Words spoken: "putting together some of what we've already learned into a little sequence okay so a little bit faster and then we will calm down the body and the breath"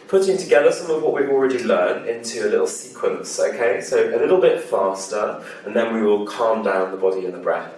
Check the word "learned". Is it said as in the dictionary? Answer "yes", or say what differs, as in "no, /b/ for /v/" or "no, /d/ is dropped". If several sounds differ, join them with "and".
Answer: no, /d/ is dropped